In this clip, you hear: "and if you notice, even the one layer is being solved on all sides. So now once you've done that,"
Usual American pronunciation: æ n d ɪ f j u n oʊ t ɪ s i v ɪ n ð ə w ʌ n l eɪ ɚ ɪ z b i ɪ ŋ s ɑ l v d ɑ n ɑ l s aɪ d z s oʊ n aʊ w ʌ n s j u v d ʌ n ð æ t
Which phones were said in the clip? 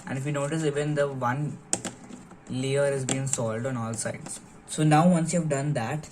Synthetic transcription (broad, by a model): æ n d ɪ f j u n oʊ t ɪ s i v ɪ n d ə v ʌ n l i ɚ ɪ z b i ɪ ŋ s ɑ l d ɑ n ɑ l s aɪ d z s oʊ n aʊ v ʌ n s j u v d ʌ n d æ t